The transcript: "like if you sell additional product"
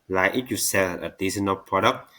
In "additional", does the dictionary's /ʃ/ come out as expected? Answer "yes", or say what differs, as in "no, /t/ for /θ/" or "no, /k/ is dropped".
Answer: no, /s/ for /ʃ/